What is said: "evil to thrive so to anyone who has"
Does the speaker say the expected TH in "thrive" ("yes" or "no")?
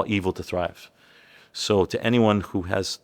yes